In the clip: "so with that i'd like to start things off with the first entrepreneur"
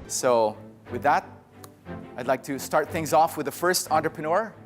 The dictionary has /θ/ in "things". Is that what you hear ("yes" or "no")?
yes